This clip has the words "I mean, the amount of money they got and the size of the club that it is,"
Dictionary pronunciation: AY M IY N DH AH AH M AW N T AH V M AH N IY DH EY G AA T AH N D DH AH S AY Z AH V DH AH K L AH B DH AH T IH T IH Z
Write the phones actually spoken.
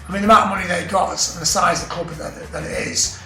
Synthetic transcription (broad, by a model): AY M IY N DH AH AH M AW T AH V M AH N IY DH EY G AA T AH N DH AH S AY Z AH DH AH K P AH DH DH AH T IH T IH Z